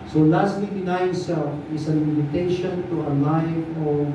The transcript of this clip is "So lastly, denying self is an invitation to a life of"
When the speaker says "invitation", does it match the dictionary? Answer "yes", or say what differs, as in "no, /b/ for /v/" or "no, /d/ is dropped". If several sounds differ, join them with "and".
no, /v/ is dropped